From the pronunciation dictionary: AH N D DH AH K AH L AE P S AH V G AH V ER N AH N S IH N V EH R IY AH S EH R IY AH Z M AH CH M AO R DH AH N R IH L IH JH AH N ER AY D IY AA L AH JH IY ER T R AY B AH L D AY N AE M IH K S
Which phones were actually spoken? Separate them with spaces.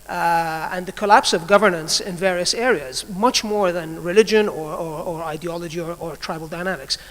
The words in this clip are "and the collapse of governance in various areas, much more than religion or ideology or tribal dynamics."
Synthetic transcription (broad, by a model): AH N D DH AH K AH L AE P S AH V G AH V ER N AH N S IH N V EH R IY AH S EH R IY AH Z M AH CH M AO R DH AH N R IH L IH JH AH N ER AY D IY AA L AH JH IY ER T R AY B L D AY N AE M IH K S